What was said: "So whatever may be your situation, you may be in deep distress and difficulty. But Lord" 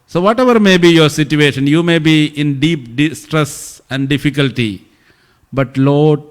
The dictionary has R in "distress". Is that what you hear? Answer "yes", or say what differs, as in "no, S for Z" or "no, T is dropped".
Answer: yes